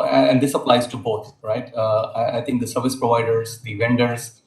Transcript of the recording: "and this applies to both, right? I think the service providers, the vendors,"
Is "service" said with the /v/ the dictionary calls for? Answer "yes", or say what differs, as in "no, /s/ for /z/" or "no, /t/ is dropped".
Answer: yes